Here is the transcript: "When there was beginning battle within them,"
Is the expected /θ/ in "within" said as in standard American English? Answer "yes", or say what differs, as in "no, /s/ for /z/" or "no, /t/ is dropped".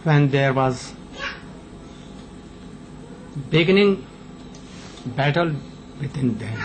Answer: no, /t/ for /θ/